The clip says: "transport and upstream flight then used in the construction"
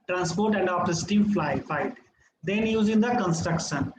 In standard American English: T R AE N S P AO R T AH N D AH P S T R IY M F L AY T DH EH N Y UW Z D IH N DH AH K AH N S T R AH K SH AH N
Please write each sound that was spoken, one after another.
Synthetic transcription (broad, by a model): T R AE N S P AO R T AH N D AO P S T IY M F L AY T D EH N Y UW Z IH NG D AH K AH N S T R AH K SH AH N